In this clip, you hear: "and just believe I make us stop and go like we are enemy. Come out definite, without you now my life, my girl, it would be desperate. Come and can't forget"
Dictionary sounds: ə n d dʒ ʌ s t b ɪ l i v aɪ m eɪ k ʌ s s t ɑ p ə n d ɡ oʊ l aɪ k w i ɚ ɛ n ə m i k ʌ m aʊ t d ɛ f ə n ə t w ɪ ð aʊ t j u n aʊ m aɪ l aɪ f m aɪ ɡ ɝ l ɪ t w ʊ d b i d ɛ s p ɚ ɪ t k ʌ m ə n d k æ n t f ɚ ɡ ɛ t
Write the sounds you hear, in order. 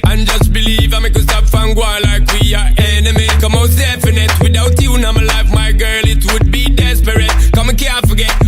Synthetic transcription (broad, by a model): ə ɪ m dʒ ʌ s t b ɪ l i v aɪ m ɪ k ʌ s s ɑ f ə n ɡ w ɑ l aɪ k w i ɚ ɛ n ə m i k ʌ m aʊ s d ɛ f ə n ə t w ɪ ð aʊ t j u n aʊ m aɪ l aɪ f m aɪ ɡ ɝ l ɪ t w ʊ d b i d ɛ s p ɚ ɪ t k ʌ m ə k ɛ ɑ f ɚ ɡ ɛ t